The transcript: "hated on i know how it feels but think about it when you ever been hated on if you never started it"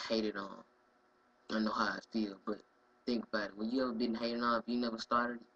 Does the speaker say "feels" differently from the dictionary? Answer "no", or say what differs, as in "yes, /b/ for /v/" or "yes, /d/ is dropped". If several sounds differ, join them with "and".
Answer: yes, /z/ is dropped